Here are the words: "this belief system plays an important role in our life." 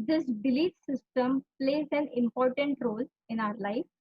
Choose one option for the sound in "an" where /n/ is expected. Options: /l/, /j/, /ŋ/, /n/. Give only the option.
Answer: /n/